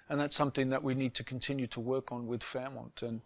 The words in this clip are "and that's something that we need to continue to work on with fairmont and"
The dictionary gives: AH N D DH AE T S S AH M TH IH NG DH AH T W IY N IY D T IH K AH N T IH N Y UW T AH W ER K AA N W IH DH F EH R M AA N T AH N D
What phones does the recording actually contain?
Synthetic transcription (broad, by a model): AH N DH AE T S S AH M TH IH NG DH AH T W IY N IY D T IH K N T IH N Y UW T AH W ER K N W IH DH F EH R M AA N T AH N